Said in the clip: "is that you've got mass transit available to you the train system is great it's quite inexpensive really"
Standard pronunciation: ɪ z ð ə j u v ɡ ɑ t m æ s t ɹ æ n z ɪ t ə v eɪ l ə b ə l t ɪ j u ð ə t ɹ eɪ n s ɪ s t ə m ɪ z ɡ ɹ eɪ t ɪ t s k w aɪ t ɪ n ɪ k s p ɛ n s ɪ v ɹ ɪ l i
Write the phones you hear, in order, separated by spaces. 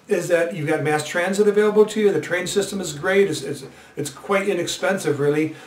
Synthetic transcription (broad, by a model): ɪ z ð ə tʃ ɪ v ɡ ɑ t m æ s t ɹ æ n z ɪ t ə v eɪ l ə b l t ɪ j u ð ə t ɹ eɪ n s ɪ s t ə m ɪ z ɡ ɹ eɪ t ɪ t s k w aɪ t ɪ n ɪ k s p ɛ n s ɪ v ɹ ɪ l i